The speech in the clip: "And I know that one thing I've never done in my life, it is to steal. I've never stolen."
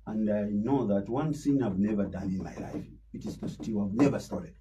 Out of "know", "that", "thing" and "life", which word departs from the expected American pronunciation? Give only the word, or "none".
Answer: thing